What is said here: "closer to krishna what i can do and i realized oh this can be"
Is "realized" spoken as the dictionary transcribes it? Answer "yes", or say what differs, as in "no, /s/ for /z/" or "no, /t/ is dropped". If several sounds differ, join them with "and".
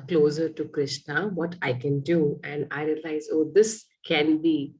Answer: no, /d/ is dropped